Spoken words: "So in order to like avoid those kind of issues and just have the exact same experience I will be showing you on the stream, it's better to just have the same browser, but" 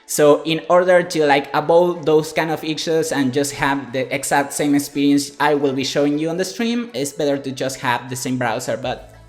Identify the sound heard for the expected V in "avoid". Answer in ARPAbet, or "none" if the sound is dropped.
B